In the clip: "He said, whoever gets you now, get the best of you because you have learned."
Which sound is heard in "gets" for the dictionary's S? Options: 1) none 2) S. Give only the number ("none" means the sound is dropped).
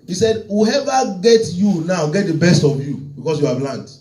1